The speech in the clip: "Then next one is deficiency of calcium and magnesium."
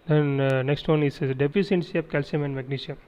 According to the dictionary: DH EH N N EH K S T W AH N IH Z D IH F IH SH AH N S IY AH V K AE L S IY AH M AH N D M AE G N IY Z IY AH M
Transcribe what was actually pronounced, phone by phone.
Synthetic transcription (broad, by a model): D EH N N EH K S T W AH N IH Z D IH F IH S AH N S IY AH P K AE L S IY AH M AH N D M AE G N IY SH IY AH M